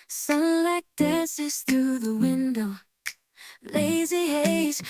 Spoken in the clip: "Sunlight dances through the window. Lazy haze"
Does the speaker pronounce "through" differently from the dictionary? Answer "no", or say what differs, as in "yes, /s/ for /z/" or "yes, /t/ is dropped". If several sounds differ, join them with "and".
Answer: no